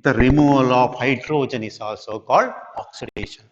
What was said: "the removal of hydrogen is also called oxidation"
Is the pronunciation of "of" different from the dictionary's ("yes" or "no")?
yes